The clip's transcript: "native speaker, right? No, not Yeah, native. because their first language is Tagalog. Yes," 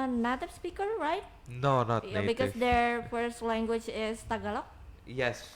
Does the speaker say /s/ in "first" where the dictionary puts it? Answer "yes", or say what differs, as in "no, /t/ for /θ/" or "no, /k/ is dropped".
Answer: yes